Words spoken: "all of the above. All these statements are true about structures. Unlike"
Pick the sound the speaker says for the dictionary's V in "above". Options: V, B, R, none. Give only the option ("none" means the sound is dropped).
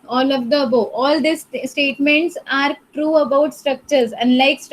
none